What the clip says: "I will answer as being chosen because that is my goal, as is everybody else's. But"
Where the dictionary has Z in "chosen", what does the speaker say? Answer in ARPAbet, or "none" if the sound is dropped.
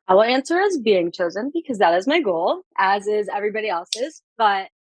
Z